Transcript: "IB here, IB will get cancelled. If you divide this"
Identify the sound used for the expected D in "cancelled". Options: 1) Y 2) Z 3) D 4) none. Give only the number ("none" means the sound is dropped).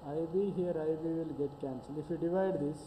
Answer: 4